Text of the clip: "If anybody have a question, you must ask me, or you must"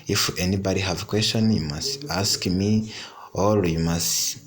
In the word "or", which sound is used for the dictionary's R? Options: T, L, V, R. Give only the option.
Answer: L